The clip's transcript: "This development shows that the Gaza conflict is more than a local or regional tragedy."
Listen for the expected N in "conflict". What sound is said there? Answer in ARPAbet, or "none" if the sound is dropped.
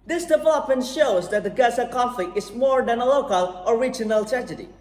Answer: none